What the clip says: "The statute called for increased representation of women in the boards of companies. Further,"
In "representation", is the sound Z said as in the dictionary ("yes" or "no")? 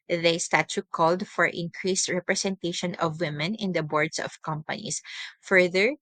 no